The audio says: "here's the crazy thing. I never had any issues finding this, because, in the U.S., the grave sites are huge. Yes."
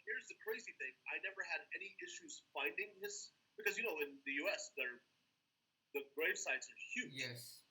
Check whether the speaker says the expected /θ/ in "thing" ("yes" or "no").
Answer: yes